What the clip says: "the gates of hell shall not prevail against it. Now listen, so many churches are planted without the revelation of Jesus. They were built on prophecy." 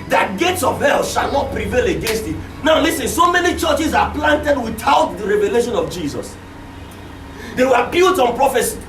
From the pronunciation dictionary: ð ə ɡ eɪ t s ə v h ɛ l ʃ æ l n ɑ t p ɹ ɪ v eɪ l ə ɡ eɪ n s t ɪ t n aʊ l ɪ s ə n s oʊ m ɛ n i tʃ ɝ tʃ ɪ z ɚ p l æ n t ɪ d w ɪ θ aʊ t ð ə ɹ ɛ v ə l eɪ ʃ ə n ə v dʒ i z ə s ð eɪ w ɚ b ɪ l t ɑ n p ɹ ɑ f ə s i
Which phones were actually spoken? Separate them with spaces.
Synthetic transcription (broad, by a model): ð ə ɡ eɪ t s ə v h ɛ l ʃ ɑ l n ɑ t p ɹ ɪ v eɪ l ə ɡ eɪ n s t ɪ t n aʊ l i s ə n s oʊ m ɛ n i tʃ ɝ tʃ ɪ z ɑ p l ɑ n t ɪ d w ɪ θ aʊ t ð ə ɹ ɛ v ə l eɪ ʃ ə n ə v dʒ i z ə s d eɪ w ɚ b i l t ɑ n p ɹ ɑ f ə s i